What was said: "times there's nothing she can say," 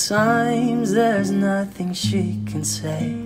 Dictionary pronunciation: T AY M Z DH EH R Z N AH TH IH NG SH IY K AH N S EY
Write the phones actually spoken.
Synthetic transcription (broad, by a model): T AY M Z DH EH R Z N AH TH IH NG SH IY K AH N S EY